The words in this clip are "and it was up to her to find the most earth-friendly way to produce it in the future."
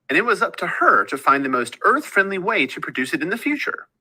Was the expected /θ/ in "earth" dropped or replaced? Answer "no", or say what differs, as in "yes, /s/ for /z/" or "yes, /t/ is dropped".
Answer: no